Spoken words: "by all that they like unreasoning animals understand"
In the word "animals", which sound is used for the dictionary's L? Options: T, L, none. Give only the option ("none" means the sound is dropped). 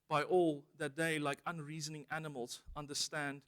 L